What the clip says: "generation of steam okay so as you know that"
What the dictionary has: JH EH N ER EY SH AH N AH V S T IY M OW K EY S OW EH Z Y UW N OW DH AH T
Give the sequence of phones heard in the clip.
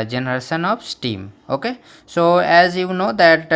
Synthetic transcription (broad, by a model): JH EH N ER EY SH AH N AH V S T IY M OW K EY S OW EH Z Y UW N OW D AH T